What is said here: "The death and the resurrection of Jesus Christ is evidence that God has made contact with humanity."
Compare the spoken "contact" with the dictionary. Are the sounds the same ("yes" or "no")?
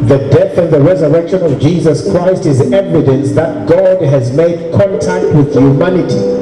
yes